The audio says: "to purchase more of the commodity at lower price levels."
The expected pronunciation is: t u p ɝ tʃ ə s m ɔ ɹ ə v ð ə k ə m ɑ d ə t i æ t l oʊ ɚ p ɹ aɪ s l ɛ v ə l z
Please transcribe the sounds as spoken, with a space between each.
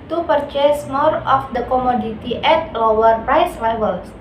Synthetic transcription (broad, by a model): t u p ɝ tʃ ə s m ɔ ɹ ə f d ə k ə m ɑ d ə t i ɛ t l oʊ ɚ p ɹ aɪ s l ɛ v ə l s